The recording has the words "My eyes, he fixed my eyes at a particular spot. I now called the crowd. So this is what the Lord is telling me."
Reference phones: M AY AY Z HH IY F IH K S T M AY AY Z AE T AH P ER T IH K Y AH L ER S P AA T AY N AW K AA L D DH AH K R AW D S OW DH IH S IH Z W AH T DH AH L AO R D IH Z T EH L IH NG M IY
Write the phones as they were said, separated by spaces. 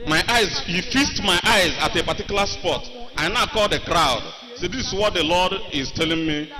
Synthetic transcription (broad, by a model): M AY AY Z HH IY F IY S T M AY AY Z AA T AH P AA T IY K Y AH L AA S P AA T AY N AW K AA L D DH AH K R AW D S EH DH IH S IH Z W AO T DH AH L AO D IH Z T EH L IH NG M IY